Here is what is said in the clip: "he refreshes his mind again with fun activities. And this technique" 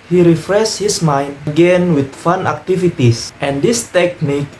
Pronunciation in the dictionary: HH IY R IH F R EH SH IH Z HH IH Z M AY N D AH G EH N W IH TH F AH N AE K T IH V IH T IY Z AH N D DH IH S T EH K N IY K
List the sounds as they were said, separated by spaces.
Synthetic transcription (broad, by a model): HH IY R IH F R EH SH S HH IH S M AY N D AH G EH N W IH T F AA N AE K T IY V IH T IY S AH N D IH S T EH K N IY K